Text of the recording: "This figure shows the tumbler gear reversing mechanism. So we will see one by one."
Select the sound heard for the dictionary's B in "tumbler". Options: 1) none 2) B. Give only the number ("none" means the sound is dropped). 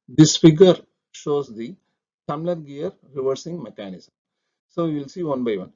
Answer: 1